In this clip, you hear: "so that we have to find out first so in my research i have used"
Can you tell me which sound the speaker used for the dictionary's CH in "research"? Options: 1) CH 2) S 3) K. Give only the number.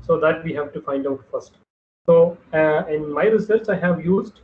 2